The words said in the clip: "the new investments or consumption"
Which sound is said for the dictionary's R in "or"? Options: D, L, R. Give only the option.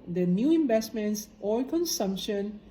L